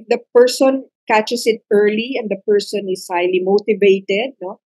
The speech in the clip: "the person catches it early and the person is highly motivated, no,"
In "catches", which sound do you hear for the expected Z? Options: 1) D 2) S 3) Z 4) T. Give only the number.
2